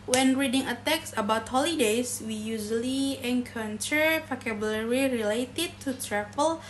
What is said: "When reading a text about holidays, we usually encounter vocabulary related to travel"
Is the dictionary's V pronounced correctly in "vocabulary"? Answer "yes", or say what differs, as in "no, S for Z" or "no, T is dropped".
no, P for V